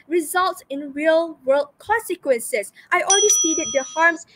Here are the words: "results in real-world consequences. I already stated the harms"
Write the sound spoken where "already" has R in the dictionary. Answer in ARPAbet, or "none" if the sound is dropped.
L